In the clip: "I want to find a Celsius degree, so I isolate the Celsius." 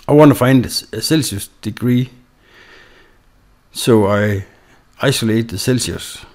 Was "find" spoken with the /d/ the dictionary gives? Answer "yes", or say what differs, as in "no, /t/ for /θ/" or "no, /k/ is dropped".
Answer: yes